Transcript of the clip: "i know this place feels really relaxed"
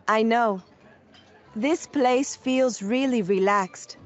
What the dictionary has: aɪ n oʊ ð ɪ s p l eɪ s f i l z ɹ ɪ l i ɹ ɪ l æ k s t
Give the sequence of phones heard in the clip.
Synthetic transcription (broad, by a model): aɪ n oʊ ð ɪ s p l eɪ s f i l z ɹ ɪ l i ɹ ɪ l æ k s t